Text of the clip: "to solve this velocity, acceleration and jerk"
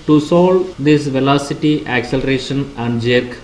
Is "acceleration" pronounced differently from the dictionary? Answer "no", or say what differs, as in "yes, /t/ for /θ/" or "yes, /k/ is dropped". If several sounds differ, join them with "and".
no